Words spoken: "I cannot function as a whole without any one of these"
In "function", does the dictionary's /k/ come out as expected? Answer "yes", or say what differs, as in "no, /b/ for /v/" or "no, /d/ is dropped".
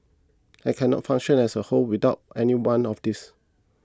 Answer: no, /k/ is dropped